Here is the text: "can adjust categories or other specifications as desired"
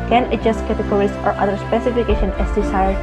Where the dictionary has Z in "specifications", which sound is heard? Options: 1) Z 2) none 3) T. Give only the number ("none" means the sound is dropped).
2